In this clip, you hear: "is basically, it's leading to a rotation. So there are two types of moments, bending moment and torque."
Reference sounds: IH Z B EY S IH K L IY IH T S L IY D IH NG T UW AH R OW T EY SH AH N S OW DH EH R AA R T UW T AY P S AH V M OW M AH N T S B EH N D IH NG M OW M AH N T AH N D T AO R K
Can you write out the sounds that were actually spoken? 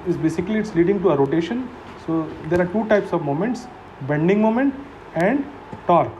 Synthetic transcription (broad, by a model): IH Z B EY S IH K L IY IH T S L IY D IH NG T UW AH R OW T EY SH AH N S OW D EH R AA R T UW T AY P S AH V M OW M AH N T S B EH N D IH NG M OW M AH N T AH N D T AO R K